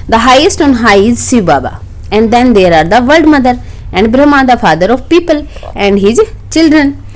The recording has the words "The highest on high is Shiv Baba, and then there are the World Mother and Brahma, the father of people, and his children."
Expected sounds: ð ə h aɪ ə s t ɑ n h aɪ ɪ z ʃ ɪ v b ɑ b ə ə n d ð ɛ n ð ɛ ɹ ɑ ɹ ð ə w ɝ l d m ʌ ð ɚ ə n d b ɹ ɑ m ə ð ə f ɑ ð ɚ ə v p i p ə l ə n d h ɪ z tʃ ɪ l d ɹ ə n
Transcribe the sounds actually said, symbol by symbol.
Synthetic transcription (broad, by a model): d ə h aɪ ə s t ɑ n h aɪ ɪ z s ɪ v b ɑ b ə ə n d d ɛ n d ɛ ɹ ɑ ɹ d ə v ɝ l d m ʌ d ɚ ə n d b ɹ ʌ m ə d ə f ɑ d ɚ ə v p i p ə l ə n d h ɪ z tʃ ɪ l d ɹ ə n